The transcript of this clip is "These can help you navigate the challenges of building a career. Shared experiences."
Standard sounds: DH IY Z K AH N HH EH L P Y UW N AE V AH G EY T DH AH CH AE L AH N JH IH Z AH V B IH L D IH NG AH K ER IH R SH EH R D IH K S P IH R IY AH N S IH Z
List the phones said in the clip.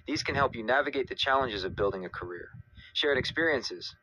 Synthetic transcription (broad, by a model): DH IY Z K AH N HH EH L P Y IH N AE V AH G EY T DH AH CH AE L AH N JH IH Z AH V B IH L D IH NG AH K ER IH R SH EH R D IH K S P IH R IY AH N S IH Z